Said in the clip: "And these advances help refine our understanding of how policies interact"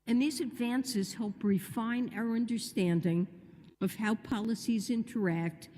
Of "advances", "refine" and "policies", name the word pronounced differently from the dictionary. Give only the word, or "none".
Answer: none